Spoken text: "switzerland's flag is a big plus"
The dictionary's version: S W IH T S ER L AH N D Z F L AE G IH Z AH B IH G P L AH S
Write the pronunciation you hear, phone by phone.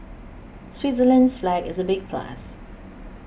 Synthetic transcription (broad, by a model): S W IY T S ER L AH N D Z F L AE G IH Z AH B IH G P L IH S